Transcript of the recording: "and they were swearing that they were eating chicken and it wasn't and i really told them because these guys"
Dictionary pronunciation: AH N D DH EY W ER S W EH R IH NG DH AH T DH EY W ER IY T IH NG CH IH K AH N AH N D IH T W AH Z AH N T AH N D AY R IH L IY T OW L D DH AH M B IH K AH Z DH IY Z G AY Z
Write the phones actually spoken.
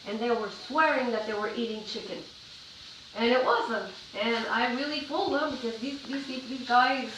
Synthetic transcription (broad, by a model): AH N DH EY W ER S W EH R IH NG DH AH T DH EY W ER IY T IH NG CH IH K AH N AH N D IH T W AH Z AH N T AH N AY R IH L IY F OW L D DH AH M B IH K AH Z DH IY Z G AY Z